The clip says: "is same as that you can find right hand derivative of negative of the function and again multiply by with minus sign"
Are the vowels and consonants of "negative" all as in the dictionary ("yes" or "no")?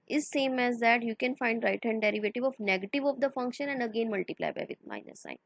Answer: yes